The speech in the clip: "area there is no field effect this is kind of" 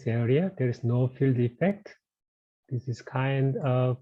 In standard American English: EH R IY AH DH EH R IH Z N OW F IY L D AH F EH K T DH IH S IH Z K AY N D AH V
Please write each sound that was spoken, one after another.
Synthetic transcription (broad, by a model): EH R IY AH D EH R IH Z N OW F IY L D AH F EH K T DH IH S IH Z K AY N D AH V